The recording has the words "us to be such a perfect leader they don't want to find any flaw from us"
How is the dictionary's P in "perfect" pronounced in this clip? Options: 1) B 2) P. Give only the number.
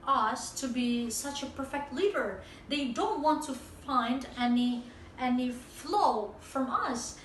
2